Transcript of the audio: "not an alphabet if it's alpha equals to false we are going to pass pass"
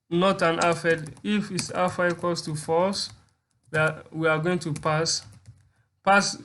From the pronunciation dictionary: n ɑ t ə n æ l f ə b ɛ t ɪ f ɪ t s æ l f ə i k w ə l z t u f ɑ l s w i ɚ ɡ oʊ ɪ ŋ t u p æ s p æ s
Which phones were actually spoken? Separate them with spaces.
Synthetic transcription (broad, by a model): n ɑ t ə n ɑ f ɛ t ɪ f ɪ t s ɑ f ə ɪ k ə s t u f ɑ s w i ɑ ɡ oʊ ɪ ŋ t u p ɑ s p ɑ s